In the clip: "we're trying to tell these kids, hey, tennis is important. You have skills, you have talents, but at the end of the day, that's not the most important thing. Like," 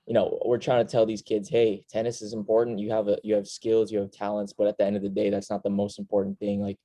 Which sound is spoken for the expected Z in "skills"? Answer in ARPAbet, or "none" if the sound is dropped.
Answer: Z